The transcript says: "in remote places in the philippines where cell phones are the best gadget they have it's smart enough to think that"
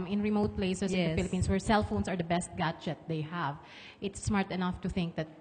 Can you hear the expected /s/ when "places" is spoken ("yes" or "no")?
no